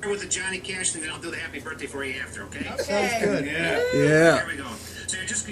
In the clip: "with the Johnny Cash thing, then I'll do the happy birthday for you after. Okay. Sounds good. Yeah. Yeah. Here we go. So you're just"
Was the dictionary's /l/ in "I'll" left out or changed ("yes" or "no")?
yes